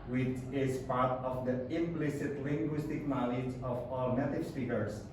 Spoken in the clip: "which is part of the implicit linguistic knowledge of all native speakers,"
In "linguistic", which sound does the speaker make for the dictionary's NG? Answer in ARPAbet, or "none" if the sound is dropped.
NG